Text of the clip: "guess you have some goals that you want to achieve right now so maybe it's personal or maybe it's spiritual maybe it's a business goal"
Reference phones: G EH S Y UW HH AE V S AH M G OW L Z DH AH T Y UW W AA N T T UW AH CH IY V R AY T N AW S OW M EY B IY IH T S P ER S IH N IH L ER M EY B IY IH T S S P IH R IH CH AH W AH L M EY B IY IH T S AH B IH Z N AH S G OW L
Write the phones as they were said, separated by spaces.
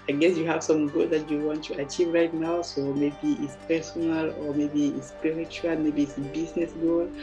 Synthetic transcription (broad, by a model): G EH S Y UW HH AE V S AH M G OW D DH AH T Y UW W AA N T T UW AH CH IY V R AY T N AW S OW M EY B IY IH T S P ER S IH N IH L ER M EY B IY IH T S S P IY R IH CH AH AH L M EY B IY T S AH B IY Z N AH S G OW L